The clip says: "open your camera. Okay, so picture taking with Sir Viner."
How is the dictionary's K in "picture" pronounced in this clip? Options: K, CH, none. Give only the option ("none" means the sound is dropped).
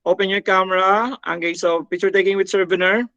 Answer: none